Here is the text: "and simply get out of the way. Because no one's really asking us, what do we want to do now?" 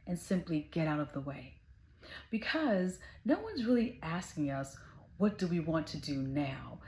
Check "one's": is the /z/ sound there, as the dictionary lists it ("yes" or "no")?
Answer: yes